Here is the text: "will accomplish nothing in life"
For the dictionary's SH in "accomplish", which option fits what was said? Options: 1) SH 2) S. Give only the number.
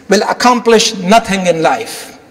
1